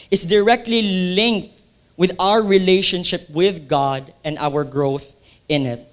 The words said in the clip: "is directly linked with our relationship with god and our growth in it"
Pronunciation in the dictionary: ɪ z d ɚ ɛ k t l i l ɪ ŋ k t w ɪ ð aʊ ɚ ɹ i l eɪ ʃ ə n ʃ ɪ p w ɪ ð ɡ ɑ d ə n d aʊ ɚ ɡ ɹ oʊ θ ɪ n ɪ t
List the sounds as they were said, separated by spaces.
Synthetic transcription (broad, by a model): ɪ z d ɚ ɛ k t l i l ɪ ŋ k t w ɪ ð aʊ ɚ ɹ i l eɪ ʃ ə n ʃ ɪ p w ɪ ð ɡ ɑ d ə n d aʊ ɚ ɡ ɹ oʊ θ ɪ n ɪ t